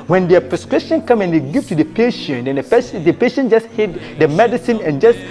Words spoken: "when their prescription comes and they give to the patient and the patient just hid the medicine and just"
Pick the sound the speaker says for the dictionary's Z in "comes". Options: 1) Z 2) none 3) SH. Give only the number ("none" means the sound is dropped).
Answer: 2